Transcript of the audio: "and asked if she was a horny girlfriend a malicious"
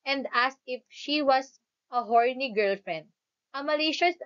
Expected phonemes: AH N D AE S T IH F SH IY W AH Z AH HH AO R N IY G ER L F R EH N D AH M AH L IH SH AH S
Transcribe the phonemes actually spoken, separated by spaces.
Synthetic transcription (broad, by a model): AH N D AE S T IH F SH IY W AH S AH HH AO R N IY G ER L F R EH N D AH M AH L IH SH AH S